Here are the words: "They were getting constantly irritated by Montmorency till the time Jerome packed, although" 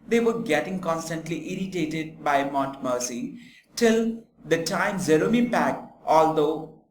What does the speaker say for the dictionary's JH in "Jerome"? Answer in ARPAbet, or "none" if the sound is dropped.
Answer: Z